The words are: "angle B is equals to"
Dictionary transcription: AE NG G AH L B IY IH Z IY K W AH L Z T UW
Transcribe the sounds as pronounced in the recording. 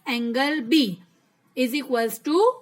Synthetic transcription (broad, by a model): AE NG G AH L B IY IH Z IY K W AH Z T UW